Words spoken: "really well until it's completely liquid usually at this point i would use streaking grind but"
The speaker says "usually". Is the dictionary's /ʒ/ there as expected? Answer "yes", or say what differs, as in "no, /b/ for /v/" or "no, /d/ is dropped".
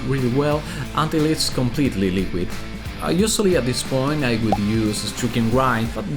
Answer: no, /s/ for /ʒ/